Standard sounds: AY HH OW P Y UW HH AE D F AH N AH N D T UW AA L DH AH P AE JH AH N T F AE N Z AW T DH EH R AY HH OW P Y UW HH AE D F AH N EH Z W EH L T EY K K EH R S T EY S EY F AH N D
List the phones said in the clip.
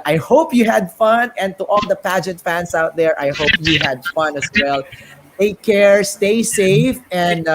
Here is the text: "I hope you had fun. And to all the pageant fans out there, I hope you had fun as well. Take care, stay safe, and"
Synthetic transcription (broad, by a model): AY HH OW P Y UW HH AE D F AH N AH N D T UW AA L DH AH P AE JH AH N T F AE N S AW T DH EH R AY HH OW P Y UW HH AE D F AH N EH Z W EH L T EY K K EH R S T EY S EY F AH N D